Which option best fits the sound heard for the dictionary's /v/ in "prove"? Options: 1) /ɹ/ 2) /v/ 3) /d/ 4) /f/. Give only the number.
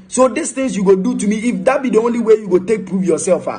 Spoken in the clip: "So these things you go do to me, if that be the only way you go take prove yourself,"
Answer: 4